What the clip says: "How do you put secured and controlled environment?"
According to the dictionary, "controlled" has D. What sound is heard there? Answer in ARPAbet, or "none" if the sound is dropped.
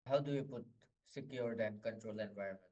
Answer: none